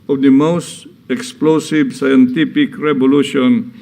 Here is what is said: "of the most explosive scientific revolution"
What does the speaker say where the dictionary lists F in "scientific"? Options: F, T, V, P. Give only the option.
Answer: P